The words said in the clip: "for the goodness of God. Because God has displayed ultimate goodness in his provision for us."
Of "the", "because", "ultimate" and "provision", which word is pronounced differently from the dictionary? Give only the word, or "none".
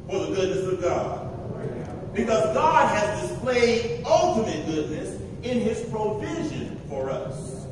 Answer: none